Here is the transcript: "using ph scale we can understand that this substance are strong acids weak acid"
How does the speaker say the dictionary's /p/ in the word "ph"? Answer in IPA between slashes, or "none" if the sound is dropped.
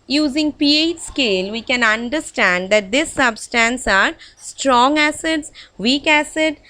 /p/